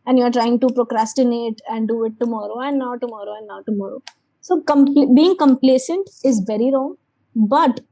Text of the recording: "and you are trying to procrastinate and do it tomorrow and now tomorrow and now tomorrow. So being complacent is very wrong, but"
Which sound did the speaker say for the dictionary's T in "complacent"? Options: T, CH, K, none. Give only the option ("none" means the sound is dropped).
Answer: T